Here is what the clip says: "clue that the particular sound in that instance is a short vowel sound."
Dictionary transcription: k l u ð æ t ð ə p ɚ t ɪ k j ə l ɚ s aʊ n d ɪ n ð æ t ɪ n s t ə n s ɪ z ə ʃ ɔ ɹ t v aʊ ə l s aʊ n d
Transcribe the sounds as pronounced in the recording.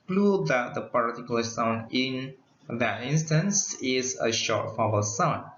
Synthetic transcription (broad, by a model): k l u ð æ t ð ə p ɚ t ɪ k j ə l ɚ s aʊ n d ɪ n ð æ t ɪ n s t ə n s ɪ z ə ʃ ɔ ɹ t f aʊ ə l s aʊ n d